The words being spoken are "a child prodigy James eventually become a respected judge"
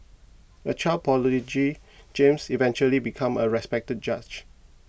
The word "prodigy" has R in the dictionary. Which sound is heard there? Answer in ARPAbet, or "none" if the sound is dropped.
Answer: none